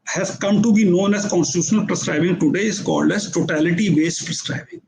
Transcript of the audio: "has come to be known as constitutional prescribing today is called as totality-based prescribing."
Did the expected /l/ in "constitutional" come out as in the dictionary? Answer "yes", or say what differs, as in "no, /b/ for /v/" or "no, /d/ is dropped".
yes